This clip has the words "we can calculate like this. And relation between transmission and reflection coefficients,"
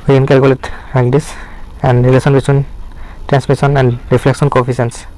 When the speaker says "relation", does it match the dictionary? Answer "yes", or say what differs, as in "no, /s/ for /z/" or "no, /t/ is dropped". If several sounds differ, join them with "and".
no, /s/ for /ʃ/